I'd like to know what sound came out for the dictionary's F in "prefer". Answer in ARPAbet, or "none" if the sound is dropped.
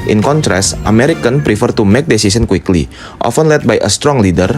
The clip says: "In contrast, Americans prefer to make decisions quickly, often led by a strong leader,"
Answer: F